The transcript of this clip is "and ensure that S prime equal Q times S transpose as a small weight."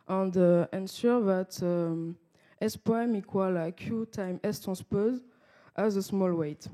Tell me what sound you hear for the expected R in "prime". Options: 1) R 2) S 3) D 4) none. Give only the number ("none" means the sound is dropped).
4